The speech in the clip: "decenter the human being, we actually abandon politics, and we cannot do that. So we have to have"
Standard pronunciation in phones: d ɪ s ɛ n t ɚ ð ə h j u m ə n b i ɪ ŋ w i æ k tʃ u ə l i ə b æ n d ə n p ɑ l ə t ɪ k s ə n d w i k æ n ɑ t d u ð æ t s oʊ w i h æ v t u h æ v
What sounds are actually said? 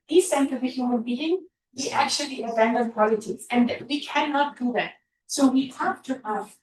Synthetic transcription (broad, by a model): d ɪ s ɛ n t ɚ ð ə h j u m ə n b i ɪ ŋ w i æ k tʃ u ə l i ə b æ n d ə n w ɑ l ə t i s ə n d w i k æ n ɑ t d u ð æ t s oʊ w i h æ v t u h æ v